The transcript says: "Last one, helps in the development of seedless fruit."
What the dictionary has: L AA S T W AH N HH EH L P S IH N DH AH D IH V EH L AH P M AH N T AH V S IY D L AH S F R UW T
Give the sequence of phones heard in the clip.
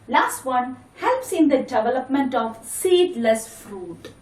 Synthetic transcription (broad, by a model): L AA S T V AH N HH EH L P S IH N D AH D IH V EH L AH P M AH N T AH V S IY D L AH S F R UW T